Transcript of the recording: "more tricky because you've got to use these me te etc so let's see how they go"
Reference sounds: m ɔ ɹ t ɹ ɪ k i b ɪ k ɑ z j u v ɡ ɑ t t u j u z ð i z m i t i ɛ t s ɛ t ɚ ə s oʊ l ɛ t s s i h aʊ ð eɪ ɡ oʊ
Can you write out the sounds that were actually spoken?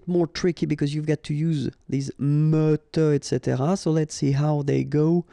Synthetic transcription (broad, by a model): m ɔ ɹ t ɹ ɪ k i b ɪ k ɑ z j u v ɡ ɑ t t u j u z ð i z m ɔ t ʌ ɛ t s ɛ t ɚ ə s oʊ l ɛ t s s i h aʊ ð eɪ ɡ oʊ